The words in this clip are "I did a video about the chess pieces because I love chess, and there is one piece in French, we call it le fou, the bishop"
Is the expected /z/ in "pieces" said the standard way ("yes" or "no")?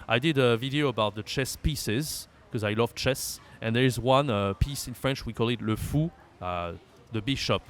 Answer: yes